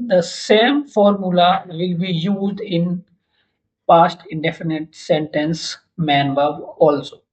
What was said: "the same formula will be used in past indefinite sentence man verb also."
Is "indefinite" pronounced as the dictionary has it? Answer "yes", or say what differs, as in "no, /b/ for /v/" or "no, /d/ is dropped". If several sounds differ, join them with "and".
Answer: yes